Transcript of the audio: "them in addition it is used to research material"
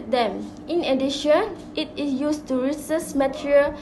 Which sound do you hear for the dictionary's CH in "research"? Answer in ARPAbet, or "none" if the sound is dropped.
S